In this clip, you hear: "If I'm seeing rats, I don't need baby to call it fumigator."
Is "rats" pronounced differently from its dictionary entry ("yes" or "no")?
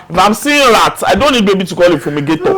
yes